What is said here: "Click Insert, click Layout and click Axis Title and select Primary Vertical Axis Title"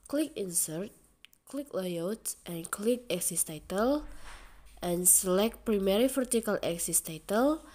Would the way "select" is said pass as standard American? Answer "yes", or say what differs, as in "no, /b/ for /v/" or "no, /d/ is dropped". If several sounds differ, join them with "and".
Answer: yes